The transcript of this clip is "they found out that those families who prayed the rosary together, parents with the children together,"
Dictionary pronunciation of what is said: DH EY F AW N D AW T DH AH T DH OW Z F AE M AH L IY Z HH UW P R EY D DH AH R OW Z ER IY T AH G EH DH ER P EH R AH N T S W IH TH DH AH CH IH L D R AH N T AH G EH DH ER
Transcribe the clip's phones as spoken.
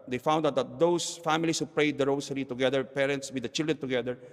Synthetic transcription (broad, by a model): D EY F AW N D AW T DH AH T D OW S F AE M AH L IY S HH UW P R EY D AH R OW S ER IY T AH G EH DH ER P EH R AH N T S W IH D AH CH IH L D R AH N T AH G EH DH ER